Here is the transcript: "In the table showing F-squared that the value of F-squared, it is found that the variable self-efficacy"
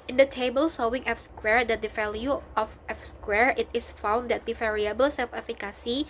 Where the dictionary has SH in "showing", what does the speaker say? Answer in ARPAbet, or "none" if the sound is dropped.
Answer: S